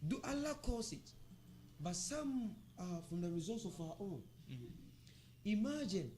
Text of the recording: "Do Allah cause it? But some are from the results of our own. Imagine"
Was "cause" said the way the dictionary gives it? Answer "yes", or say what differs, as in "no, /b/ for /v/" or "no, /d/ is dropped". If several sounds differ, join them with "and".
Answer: no, /s/ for /z/